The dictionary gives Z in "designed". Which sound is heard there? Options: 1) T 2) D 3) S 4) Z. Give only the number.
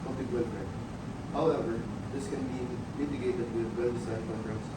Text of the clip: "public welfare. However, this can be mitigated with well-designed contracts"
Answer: 3